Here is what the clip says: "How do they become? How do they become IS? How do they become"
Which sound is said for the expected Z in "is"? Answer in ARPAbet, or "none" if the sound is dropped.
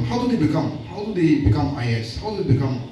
S